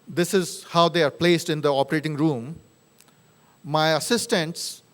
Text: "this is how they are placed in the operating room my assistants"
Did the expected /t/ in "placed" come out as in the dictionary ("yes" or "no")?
yes